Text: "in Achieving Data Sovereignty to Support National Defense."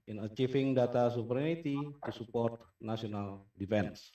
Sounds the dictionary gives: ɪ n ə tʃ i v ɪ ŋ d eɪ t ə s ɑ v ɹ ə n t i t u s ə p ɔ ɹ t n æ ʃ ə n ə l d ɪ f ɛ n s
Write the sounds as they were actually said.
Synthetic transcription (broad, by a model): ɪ n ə tʃ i f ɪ ŋ d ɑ t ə s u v ɹ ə n t i t u s ə p ɔ ɹ t n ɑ s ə n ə l d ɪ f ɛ n s